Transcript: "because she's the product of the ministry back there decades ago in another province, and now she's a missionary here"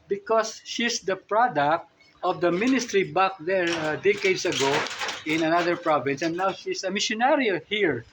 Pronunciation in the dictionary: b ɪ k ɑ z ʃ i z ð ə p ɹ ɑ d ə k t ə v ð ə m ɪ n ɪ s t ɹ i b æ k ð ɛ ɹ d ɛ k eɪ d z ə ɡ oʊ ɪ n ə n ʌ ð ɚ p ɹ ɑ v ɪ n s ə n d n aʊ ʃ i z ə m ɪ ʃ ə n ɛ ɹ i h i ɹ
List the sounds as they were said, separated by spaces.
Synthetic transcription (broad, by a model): b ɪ k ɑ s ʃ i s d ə p ɹ ɑ d ə k t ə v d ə m ɪ n ɪ s t ɹ i b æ k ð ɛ ɹ d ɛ k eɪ d s ə ɡ oʊ ɪ n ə n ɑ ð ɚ p ɹ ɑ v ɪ n s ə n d n aʊ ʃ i s ə m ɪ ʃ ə n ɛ ɹ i h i ɹ